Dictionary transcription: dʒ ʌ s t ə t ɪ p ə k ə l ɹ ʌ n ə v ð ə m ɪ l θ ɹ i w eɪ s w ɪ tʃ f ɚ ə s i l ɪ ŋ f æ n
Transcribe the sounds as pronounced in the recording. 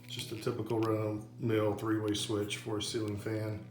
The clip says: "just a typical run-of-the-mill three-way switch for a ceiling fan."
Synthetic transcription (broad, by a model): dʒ ʌ s t ə t ɪ p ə k l ɹ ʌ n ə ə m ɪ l θ ɹ i w eɪ s w ɪ tʃ f ɚ ə s i l ɪ ŋ f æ n